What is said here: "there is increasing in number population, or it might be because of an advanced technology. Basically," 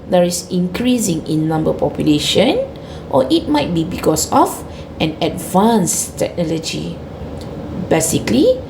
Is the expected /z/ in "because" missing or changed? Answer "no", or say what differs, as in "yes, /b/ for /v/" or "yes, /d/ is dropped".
yes, /s/ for /z/